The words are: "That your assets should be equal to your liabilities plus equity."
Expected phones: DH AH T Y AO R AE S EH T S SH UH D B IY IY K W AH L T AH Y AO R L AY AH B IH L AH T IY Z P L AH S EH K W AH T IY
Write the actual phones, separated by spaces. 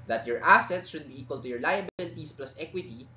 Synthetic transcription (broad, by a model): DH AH T Y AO R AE S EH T S SH UH D B IY IY K W AH L T AH Y AO R L AY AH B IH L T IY S P L AH S EH K W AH T IY